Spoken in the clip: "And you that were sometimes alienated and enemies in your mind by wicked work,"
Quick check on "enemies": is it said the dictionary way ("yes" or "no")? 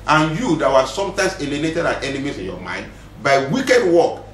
no